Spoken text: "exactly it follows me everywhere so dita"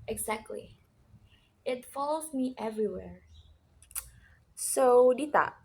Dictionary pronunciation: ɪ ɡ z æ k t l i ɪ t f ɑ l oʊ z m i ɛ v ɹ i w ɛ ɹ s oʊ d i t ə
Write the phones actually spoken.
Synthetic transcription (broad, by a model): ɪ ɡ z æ k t l i ɪ t f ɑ l oʊ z m i ɛ v ɹ i w ɛ ɹ s oʊ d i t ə